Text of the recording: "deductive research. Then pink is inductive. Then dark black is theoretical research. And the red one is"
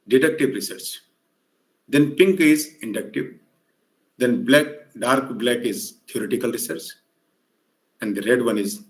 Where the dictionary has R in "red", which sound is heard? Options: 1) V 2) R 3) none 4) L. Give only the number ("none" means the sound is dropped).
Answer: 2